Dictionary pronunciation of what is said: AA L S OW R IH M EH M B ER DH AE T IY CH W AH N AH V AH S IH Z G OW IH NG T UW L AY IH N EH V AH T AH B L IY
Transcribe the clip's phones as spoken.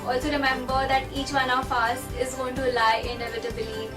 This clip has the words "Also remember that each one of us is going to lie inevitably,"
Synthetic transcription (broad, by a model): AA L S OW R IH M EH M B ER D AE T IY CH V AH N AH P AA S IH Z G OW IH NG T UW L AY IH N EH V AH T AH B L IY